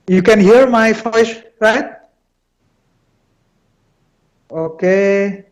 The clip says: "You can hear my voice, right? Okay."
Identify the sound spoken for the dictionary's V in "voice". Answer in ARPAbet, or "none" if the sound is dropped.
F